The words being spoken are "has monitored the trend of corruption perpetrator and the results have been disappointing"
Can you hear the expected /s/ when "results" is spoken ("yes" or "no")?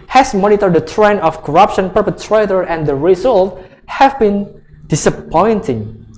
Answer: no